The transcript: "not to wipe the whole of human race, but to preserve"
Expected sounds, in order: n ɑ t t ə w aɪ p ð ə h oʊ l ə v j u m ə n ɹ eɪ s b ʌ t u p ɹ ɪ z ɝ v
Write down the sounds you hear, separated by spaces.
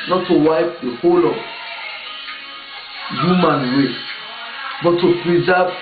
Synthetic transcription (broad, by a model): n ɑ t t ə w aɪ p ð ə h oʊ l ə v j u m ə n w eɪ b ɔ t u p ɹ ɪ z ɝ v